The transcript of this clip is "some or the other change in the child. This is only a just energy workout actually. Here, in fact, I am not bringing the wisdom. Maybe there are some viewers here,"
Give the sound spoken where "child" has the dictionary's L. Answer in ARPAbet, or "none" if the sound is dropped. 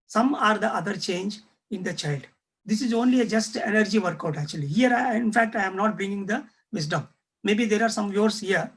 L